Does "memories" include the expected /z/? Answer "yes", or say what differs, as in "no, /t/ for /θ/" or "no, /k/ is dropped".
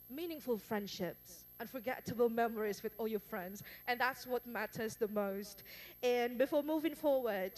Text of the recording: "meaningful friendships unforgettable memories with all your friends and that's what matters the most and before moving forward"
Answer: yes